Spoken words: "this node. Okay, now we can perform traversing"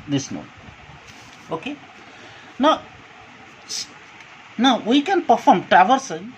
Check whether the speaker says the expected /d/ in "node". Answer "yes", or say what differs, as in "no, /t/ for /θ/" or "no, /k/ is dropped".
no, /d/ is dropped